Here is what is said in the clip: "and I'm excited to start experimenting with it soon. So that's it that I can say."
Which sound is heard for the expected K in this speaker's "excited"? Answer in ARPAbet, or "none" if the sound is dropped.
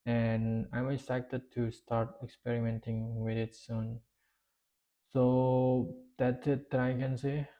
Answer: none